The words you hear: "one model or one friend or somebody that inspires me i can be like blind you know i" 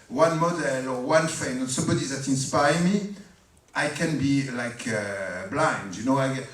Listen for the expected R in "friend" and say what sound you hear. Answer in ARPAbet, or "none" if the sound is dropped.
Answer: none